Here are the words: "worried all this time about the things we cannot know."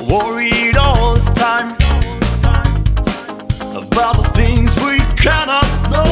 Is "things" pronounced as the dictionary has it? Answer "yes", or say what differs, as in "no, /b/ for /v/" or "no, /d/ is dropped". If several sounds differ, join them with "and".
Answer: yes